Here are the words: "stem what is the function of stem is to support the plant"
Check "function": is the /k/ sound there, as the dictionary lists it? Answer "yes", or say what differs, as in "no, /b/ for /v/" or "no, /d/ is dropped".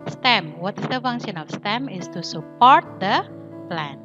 no, /k/ is dropped